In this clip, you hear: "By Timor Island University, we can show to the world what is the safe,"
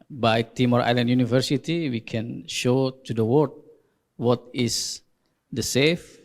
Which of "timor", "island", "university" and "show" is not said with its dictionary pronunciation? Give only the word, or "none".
none